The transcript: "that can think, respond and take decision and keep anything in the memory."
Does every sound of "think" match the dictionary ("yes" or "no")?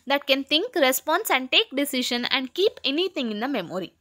no